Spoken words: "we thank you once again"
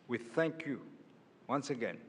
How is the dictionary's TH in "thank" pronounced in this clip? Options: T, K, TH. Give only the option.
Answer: TH